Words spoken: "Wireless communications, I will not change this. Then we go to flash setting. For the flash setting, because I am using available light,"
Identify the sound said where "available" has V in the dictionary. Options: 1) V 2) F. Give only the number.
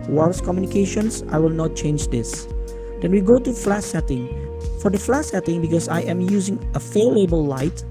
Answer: 2